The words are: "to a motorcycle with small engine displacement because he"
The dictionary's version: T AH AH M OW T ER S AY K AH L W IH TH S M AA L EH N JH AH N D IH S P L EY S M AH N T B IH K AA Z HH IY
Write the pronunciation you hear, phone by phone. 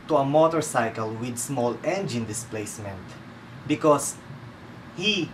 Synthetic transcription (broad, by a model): T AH AH M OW T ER S AY K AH L W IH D S M AA L EH N JH AH N D IH S P L EY S M AH N T B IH K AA S HH IY